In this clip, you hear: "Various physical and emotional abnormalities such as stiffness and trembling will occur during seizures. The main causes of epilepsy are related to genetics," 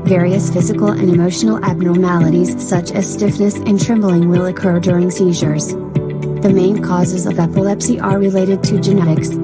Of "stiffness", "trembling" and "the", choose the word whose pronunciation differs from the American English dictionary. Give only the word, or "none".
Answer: none